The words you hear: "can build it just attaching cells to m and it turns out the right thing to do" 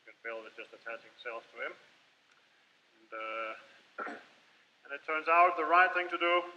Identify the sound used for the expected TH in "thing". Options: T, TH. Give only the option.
TH